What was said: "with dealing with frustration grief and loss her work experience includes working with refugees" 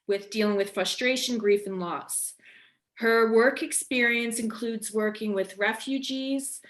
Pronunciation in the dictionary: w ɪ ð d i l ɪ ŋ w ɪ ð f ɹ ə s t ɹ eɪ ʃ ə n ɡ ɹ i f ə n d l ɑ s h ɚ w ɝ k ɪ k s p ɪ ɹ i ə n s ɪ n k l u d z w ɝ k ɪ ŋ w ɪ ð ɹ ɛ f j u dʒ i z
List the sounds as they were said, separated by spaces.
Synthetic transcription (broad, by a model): w ɪ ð d i l ɪ ŋ w ɪ ð f ɹ ə s t ɹ eɪ ʃ ə n ɡ ɹ i f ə n l ɑ s h ɚ w ɝ k ɪ k s p ɪ ɹ i ə n s ɪ n k l u d z w ɝ k ɪ ŋ w ɪ ð ɹ ɛ f j u dʒ i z